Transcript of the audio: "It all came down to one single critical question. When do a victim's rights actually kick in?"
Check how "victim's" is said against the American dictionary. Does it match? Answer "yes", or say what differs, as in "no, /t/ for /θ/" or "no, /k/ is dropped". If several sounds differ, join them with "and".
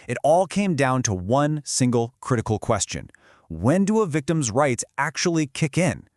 yes